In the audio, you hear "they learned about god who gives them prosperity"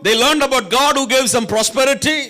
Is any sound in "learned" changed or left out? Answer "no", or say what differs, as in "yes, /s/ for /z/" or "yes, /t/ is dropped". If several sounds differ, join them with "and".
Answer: no